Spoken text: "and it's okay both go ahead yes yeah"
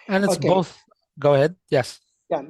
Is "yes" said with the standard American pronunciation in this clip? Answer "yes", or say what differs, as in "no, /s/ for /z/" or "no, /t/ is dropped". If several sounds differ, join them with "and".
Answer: yes